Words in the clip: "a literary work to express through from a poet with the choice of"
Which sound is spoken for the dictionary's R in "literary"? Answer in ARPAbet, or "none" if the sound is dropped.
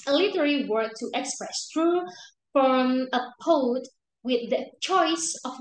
L